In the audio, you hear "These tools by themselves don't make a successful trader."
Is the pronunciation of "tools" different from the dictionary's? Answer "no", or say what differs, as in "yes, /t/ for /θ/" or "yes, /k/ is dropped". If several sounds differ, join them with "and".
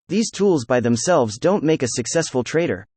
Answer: no